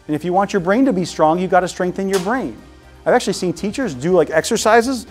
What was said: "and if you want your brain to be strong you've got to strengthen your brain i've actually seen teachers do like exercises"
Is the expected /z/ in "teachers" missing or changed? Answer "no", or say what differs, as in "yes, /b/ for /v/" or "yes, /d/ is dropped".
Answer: no